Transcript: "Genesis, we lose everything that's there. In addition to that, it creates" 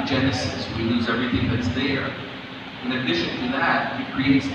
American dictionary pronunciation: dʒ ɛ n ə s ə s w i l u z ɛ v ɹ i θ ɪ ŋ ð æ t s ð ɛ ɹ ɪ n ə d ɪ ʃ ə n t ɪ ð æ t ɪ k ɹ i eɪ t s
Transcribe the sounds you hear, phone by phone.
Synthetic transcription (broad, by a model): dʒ ɛ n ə s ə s w i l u z ɛ v ɹ i θ ɪ ŋ ð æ t s ð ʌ ɹ ɪ n ə d ɪ ʃ ə n t ɪ ð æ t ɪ k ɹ i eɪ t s